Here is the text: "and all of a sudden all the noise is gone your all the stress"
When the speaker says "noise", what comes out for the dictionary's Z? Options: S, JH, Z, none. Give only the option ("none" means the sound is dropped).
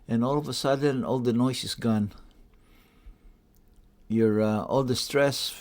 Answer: S